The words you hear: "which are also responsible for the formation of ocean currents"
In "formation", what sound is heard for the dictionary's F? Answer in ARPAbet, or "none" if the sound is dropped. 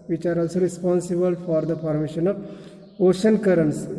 P